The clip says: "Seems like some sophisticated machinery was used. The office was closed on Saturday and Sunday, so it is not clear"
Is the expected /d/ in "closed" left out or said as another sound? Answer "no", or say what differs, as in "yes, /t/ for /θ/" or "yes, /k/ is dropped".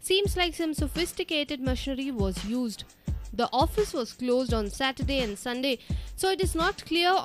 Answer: no